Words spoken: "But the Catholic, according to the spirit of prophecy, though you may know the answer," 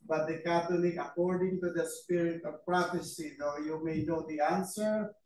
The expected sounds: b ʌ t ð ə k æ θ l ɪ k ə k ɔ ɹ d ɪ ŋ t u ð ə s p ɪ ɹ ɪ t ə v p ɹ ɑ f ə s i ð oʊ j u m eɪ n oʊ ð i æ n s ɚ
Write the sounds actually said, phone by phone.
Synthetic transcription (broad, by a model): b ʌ t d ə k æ t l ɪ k ə k ɔ ɹ d ɪ ŋ t u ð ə s p ɪ ɹ ɪ t ə v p ɹ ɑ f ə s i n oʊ j u m eɪ n oʊ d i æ n s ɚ